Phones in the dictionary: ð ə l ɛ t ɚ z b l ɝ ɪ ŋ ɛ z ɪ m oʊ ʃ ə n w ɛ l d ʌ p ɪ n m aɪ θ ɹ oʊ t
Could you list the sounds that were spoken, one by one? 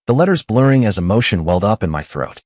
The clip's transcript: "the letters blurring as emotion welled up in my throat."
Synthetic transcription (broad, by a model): ð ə l ɛ t ɚ z b l ɝ ɪ ŋ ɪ z ɪ m oʊ ʃ ə n w ɛ l d ʌ p ɪ n m aɪ θ ɹ oʊ t